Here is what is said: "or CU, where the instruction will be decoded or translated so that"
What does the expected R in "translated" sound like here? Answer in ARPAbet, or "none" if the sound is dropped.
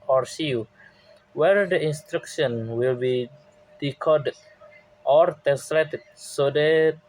none